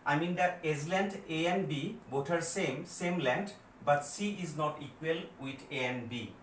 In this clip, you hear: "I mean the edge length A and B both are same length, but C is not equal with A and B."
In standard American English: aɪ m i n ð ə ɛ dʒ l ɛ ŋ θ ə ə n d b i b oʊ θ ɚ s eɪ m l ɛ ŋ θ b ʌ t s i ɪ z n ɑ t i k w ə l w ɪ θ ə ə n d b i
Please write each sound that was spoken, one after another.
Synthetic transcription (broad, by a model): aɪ m i n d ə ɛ z l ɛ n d ə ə n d b i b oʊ t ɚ s eɪ m l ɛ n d b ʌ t s i ɪ z n ɑ t i k w ə l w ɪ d ə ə n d b i